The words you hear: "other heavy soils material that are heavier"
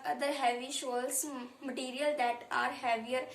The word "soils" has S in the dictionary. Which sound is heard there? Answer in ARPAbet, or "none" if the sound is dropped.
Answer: SH